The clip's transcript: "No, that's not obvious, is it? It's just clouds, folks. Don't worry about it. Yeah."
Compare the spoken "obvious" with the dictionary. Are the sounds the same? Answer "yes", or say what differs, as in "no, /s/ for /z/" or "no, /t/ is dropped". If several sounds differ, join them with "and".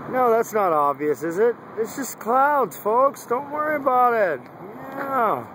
yes